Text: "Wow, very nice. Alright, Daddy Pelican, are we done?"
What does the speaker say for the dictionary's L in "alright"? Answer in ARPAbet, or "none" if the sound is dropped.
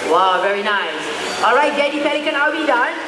L